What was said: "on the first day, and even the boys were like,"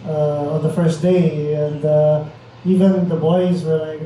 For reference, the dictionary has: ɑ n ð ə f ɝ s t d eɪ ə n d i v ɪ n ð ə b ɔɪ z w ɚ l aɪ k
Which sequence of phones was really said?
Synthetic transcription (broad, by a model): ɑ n ð ə f ɝ s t d eɪ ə n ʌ i v ɪ n ð ə b ɔɪ z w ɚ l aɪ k